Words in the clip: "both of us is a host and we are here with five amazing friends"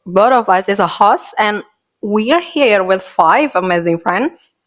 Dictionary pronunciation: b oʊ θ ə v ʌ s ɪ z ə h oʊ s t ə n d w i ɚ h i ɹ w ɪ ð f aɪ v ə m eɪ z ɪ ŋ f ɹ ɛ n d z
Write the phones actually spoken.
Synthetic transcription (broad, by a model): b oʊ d ə v ʌ s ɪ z ə h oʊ s ə n w i ɚ h i ɹ w ɪ ð f aɪ v ə m eɪ z ɪ ŋ f ɹ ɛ n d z